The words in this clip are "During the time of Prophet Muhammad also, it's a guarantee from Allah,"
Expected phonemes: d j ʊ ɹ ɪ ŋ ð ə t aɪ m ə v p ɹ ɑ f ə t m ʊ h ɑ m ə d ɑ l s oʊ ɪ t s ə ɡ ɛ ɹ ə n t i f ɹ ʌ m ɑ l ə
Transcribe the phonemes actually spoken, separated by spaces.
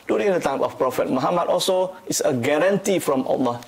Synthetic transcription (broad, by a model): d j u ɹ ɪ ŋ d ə t aɪ m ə f p ɹ ɑ f ə t m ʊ h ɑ m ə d ɑ l s oʊ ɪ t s ə ɡ ɛ ɹ ə n t i f ɹ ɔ m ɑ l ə